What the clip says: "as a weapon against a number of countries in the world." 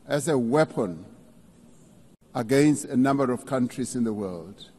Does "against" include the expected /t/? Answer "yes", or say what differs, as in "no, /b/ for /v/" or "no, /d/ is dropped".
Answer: yes